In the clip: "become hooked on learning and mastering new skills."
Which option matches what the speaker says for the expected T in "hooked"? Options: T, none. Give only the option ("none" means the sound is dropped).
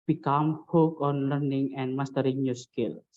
none